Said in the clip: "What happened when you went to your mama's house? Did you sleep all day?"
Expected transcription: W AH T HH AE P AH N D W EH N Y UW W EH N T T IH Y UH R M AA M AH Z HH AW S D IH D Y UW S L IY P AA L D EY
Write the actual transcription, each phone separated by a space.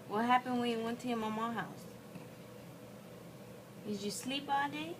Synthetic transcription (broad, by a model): W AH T HH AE P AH N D W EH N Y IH W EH N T T IH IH M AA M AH HH AW S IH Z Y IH S L IY P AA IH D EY